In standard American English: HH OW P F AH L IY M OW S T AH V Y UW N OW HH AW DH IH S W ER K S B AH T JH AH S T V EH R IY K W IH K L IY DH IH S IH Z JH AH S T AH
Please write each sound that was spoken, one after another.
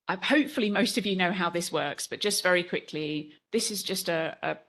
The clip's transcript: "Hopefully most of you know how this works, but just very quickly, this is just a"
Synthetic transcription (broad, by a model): HH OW P F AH L IY M OW S T AH V Y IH N OW HH AW DH IH S W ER K S B AH T JH AH S T V EH R IY K W IH K L IY DH IH S IH Z JH AH S T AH